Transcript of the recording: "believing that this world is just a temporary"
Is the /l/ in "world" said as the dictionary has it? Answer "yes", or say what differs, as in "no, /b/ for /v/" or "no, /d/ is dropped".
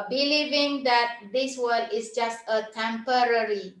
no, /l/ is dropped